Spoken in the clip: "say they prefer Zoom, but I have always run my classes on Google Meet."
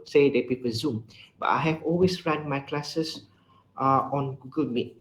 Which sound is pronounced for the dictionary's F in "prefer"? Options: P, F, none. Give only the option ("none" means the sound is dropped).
P